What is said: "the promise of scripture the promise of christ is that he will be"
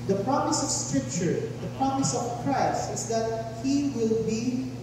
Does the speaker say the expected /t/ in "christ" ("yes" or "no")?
no